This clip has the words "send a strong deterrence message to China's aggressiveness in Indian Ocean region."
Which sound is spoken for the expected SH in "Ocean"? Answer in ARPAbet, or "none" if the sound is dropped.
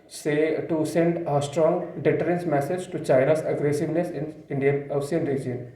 S